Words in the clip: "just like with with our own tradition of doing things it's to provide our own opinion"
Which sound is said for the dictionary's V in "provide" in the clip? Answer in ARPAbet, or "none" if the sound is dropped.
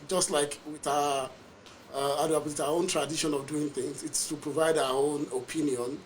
V